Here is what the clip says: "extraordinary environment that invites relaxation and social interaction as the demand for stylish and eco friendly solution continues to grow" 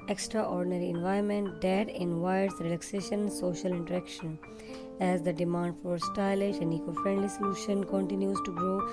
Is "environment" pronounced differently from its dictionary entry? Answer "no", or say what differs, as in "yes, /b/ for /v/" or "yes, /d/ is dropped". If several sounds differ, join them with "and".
yes, /ɹ/ is dropped